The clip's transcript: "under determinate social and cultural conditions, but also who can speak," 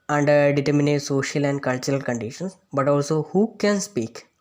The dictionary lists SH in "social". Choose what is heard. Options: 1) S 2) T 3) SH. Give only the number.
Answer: 3